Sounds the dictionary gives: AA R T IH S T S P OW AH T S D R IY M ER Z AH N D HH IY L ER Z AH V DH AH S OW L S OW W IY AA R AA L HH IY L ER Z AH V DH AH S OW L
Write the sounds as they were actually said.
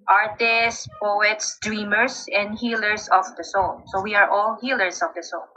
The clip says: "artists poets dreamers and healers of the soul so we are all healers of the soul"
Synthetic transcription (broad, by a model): AA R T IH S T P OW AH T S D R IY M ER S AH N D HH IY L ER S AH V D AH S OW L S OW W IY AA R AA L HH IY L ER S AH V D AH S OW L